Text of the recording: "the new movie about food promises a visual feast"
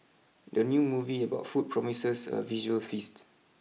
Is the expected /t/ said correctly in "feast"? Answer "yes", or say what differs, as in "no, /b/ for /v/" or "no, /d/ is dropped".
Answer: yes